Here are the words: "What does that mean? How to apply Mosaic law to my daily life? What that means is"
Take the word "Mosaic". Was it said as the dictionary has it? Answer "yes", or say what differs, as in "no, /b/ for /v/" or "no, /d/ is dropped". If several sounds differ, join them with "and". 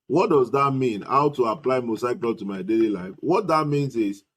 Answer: no, /s/ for /z/